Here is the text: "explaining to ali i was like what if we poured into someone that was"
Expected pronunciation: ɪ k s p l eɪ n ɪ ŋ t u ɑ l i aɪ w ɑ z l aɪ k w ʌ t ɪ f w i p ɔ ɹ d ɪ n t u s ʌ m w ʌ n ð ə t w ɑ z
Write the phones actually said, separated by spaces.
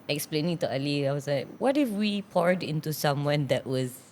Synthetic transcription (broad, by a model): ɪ k s p l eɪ n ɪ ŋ t u ɑ l i aɪ w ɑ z l aɪ k w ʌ t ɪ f w i p ɔ ɹ d ɪ n t u s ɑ m w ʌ n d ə t w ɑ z